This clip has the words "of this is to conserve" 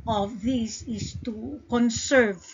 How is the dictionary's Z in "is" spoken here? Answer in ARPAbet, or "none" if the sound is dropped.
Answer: S